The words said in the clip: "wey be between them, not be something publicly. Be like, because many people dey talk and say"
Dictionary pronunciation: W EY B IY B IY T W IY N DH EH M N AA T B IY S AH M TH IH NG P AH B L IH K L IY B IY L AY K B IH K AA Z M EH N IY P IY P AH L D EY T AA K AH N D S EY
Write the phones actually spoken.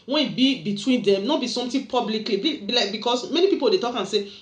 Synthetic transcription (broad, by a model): W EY B IY B IY T W IY N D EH M N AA B IY S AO M T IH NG P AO B L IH K L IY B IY L AY K B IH K AA S M EH N IY P IY P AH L D EY T AA K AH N S EY